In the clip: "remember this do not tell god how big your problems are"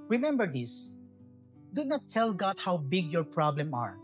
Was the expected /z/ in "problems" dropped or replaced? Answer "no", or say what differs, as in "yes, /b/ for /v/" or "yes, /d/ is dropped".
yes, /z/ is dropped